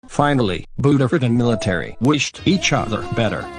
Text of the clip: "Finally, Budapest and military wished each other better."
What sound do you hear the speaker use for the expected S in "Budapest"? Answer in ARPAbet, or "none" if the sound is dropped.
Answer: none